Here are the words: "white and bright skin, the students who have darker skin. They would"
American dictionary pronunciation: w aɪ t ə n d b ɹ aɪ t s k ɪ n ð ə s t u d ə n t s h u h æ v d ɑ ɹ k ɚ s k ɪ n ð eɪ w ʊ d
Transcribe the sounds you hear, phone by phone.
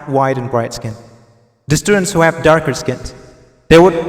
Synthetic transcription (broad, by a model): w aɪ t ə n b ɹ aɪ t s k ɪ n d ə s t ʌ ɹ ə n s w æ p d ɑ ɹ k ɚ s k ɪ n ð eɪ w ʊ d